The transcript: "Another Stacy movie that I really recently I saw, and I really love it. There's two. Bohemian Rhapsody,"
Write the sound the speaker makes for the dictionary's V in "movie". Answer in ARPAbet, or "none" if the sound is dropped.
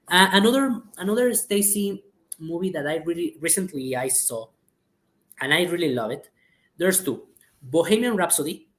B